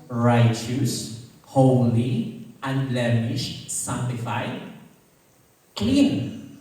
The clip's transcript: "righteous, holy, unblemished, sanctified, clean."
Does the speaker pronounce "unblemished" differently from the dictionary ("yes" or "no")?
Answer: yes